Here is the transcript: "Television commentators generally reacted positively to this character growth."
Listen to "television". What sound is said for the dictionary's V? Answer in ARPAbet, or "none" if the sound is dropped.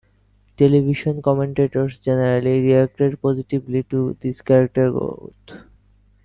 B